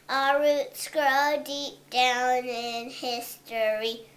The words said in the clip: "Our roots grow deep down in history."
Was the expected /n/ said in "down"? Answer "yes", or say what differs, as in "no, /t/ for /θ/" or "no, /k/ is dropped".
yes